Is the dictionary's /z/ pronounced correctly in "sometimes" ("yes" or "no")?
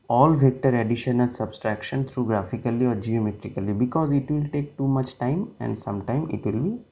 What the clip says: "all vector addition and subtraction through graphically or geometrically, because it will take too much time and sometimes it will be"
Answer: no